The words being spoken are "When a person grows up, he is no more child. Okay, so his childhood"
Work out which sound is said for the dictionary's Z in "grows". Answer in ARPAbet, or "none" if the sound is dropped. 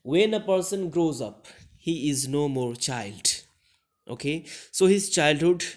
Z